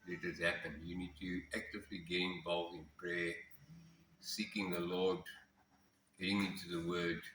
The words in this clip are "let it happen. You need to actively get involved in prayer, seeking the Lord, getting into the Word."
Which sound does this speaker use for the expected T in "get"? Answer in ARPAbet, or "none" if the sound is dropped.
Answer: none